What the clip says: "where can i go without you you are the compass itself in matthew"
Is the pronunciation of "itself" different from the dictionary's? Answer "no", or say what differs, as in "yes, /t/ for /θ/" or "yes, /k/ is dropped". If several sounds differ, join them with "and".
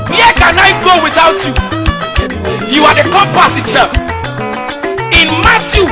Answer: yes, /s/ is dropped